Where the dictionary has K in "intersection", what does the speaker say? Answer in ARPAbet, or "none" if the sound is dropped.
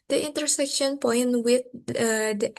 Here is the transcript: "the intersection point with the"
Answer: K